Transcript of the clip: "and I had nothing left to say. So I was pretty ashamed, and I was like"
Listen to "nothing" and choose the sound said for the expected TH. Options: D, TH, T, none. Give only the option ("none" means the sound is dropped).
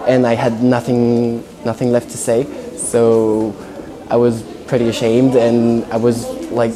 TH